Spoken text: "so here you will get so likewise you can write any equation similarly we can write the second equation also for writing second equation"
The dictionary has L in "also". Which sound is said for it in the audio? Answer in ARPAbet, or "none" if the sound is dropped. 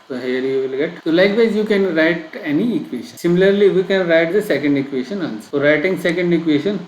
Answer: N